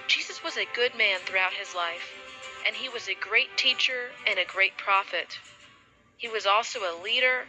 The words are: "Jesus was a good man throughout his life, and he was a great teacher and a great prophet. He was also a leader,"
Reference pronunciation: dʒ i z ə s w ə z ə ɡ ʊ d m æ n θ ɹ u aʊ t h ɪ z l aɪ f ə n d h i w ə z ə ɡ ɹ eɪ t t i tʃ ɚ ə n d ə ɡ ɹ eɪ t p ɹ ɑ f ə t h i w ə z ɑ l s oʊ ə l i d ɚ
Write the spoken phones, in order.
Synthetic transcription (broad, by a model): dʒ i z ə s w ə z ə ɡ ʊ d m æ n θ ɹ u aʊ t h ɪ z l aɪ f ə n i w ə z ə ɡ ɹ eɪ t t i tʃ ɚ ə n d ə ɡ ɹ eɪ t p ɹ ɑ f ə t h i w ə z ɑ l s oʊ ə l i d ɚ